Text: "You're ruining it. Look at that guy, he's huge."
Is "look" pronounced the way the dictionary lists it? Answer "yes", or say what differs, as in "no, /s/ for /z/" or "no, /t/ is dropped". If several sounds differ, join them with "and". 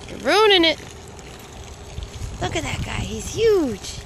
yes